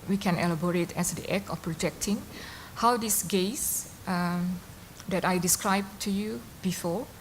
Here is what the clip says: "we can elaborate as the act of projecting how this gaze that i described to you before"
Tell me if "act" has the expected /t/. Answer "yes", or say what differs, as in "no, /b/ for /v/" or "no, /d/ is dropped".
no, /t/ is dropped